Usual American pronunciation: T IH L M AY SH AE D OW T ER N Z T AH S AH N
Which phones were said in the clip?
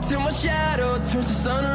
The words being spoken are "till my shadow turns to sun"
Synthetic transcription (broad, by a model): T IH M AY SH AE D OW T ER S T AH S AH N